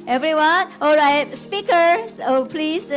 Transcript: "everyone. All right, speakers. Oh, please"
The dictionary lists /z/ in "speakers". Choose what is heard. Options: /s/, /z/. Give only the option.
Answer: /s/